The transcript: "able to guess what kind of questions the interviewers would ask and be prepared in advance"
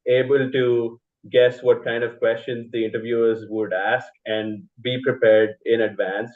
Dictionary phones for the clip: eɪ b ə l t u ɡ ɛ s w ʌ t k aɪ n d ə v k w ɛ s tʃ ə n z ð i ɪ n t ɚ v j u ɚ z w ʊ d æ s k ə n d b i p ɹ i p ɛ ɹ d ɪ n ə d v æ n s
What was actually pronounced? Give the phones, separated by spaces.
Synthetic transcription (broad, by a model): eɪ b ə l t u ɡ ɛ s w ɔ t k aɪ n d ə v k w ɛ s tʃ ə n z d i ɪ n t ɚ v j u ɚ z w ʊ d æ s k ə n d b i p ɹ i p ɛ ɹ d ɪ n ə d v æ n s